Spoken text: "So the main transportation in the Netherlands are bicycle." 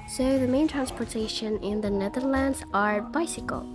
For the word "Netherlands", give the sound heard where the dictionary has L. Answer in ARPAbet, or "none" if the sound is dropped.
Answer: L